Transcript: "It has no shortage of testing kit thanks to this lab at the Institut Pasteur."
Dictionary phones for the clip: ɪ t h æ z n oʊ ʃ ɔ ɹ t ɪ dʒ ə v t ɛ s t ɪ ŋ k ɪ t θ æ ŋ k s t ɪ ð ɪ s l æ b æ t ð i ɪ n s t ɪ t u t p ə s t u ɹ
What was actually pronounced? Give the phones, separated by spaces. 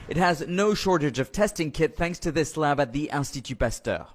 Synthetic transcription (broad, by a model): ɪ t h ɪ z n oʊ ʃ ɔ ɹ t ɪ dʒ ə v t ɛ s t ɪ ŋ k ɪ t θ æ ŋ k s t ɪ ð ɪ s l æ b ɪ t ð i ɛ l s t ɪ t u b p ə s t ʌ